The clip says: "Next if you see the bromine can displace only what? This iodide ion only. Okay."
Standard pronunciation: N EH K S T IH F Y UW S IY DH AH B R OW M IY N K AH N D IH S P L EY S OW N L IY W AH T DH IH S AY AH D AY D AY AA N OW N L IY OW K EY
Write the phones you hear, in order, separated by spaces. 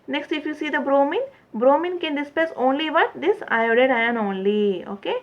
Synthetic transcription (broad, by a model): N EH K S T IH F Y UW S IY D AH B R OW M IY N K AH N D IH S P EY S OW N L IY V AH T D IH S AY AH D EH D AY AA N OW N L IY OW K EY